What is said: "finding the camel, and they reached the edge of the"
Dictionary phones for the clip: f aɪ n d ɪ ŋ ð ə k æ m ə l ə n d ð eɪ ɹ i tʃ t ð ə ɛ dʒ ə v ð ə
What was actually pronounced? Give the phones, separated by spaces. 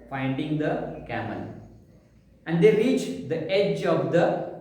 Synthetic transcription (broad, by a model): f aɪ n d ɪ ŋ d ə k æ m ə l ə n d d eɪ ɹ i tʃ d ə ɛ dʒ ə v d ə